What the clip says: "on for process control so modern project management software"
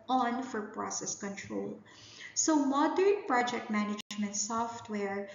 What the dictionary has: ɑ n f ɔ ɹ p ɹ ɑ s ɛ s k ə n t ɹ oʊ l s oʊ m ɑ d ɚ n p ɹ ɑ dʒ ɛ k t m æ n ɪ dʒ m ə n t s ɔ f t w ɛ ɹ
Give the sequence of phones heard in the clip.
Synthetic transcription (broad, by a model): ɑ n f ɔ ɹ p ɹ ɑ s ɛ s k ə n t ɹ oʊ l s oʊ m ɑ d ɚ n p ɹ ɑ dʒ ɛ k t m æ n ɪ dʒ m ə n t s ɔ f t w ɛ ɹ